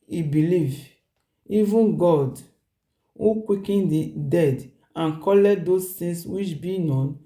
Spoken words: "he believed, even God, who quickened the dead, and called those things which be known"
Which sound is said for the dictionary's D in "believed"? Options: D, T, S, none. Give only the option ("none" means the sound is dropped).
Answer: none